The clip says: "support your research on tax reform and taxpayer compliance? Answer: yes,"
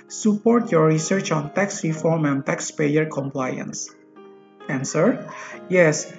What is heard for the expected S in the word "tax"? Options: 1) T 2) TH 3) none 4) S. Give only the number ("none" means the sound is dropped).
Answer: 4